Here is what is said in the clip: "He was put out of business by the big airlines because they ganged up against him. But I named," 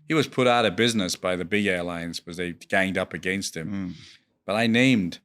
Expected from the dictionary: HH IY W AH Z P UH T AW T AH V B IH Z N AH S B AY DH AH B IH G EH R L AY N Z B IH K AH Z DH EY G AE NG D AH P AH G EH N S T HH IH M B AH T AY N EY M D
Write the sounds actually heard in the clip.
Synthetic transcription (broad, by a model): HH IY W AH Z P UH T AW T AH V B IH Z N AH S B AY DH AH B IH G EH R L AY N Z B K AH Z DH EY G AE NG D AH P AH G EH N S T HH IH M B AH T AY N EY M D